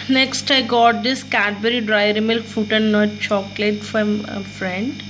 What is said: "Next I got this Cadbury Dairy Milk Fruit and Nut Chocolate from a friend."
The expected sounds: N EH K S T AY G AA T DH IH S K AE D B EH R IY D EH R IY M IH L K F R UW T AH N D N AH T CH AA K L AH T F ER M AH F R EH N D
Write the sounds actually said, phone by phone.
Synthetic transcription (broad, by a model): N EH K S T AY G AA T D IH S K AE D B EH R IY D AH R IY M IH L K F UW T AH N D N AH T CH AA K L AH T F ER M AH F R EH N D